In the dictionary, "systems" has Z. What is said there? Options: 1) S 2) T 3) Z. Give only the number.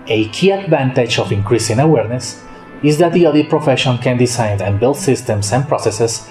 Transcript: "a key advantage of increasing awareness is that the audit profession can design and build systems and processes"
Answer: 1